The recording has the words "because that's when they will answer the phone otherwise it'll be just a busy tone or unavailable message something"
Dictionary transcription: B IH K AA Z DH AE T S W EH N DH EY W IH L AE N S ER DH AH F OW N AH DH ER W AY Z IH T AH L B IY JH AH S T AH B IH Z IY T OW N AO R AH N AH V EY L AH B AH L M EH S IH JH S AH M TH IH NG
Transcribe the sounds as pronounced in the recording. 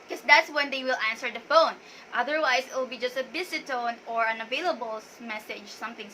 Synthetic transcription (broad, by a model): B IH K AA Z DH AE T S W EH N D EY W IH L AE N S ER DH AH F OW N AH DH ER W AY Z IH T AH L B IY JH AH S T AH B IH S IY T OW N AO R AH N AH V EY L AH B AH L M EH S IH JH S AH M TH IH NG